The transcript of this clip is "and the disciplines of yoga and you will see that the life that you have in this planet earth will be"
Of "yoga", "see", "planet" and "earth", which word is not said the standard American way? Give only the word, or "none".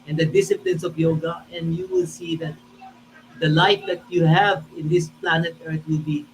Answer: earth